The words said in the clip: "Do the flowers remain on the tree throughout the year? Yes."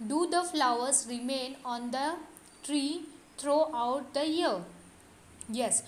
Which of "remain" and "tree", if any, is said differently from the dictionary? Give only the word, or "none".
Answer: none